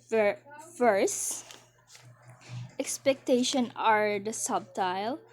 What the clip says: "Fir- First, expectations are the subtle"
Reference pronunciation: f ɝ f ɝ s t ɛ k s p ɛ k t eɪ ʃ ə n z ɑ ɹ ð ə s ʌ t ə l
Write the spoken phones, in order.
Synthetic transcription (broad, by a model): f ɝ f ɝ s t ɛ k s p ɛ k t eɪ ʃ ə n ɑ ɹ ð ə s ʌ t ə l